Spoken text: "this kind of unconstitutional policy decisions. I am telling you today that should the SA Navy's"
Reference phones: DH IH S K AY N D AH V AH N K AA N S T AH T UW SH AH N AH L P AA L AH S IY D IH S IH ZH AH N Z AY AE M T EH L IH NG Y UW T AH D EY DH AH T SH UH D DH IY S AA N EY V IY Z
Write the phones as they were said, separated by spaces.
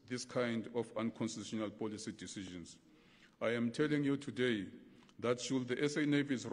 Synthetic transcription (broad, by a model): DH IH S K AY N D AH F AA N K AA N S T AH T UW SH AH N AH L P AA L AH S IY D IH S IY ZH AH N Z AY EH M T EH L IH NG Y UW T AH D EY DH AH T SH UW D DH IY S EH N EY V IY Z